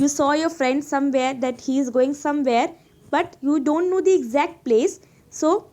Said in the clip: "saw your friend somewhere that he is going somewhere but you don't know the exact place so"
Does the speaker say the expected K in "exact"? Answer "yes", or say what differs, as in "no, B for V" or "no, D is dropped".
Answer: yes